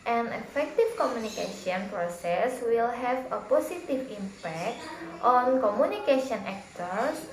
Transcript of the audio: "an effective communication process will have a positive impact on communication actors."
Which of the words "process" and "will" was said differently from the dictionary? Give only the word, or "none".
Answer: none